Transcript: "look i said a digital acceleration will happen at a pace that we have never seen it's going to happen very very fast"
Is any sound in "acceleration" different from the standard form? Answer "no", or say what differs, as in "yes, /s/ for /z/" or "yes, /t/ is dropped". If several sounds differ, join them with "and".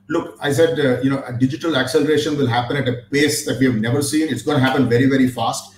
no